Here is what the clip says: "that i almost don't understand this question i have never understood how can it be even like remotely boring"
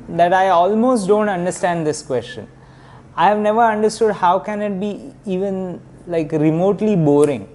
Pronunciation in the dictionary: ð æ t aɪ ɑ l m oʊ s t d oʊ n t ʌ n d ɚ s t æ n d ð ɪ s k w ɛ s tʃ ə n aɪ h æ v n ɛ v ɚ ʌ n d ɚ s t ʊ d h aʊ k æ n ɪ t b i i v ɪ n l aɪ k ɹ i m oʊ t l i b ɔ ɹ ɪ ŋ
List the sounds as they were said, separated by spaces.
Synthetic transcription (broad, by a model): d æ t aɪ ɑ l m oʊ s t d oʊ n t ʌ n d ɚ s t æ n d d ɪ s k w ɛ s tʃ ə n aɪ h æ v n ɛ v ɚ ʌ n d ɚ s t ʊ d h aʊ k æ n ɪ t b i i v ɪ n l aɪ k ɹ i m oʊ t l i b ɔ ɹ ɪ ŋ